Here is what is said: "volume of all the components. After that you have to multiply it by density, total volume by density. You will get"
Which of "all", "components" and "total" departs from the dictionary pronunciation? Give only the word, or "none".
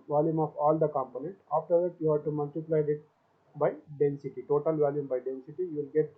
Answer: components